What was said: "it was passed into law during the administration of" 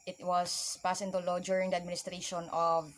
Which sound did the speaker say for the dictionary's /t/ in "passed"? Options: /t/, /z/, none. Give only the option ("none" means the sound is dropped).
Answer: none